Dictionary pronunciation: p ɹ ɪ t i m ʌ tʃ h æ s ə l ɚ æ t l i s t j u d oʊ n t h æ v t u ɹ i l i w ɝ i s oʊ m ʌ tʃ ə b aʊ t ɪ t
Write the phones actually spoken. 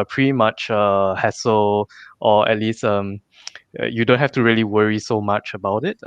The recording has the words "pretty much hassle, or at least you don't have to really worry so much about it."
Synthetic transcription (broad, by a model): p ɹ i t i m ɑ tʃ h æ s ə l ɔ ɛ t l i s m j u d oʊ n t h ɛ f t u ɹ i l i w ɝ i s oʊ m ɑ tʃ ə b aʊ t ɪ t